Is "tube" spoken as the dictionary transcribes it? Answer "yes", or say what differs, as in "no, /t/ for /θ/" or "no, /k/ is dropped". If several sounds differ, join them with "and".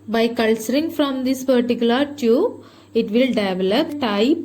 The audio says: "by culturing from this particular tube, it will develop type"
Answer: no, /b/ is dropped